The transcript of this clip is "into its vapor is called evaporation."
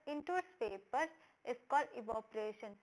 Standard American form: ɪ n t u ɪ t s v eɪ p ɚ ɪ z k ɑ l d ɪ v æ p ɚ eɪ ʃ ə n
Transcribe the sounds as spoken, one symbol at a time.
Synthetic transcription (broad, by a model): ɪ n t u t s p eɪ p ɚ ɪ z k ɑ l d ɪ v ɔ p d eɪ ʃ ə n